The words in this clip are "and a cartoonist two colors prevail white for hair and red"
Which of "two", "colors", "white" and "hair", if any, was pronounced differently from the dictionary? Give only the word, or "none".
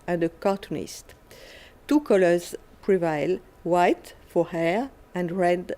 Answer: none